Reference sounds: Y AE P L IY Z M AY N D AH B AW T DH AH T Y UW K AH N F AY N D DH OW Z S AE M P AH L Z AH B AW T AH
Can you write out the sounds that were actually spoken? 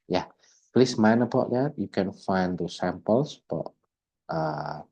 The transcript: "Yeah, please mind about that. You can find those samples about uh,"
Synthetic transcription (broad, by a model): Y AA P L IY S M AY N AH B AW T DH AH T Y UW K AH N F AY N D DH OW S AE M P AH L S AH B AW T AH